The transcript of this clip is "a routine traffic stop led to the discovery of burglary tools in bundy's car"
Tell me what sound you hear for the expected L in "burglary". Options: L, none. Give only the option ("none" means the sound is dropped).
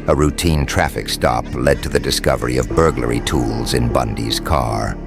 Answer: L